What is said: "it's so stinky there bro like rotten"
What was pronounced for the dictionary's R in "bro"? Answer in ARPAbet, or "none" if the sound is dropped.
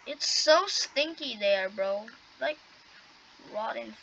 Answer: R